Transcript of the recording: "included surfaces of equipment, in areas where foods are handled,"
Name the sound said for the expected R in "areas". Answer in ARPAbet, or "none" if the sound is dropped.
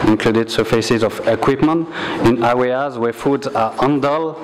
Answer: W